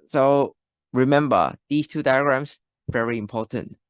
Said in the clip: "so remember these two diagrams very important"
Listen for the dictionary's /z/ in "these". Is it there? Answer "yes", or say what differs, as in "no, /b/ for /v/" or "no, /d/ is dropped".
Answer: no, /s/ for /z/